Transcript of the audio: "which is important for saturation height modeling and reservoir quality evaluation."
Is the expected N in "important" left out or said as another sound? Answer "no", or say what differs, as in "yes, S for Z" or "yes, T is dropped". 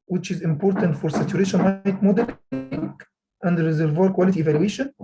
no